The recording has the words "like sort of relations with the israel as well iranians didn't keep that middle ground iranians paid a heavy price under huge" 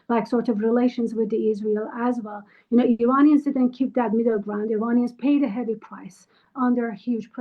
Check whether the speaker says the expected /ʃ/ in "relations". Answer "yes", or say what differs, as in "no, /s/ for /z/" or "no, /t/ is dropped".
yes